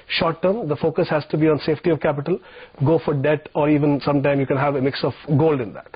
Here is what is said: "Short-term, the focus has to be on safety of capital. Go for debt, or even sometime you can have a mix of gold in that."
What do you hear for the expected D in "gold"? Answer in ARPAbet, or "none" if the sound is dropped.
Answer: D